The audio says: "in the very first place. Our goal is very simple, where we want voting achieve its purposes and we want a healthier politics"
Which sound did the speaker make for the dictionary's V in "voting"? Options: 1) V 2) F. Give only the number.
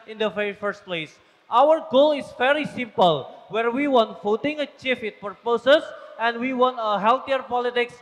2